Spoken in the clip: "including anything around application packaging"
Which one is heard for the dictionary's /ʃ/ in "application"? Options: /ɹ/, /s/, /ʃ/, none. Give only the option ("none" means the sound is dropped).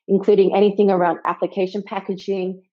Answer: /ʃ/